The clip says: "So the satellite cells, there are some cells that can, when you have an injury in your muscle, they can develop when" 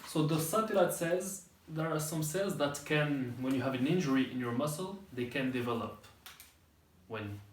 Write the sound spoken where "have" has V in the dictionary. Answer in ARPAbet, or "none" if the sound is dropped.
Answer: V